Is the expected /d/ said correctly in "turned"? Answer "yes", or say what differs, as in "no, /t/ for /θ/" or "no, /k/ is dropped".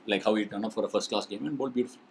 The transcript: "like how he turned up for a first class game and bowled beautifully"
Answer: no, /d/ is dropped